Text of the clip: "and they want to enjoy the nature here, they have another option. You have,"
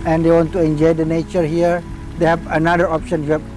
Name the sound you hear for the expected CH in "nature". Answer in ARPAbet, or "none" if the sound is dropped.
CH